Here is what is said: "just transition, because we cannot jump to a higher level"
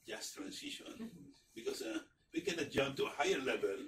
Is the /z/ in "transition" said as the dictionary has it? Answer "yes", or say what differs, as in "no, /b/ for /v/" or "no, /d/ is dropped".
no, /s/ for /z/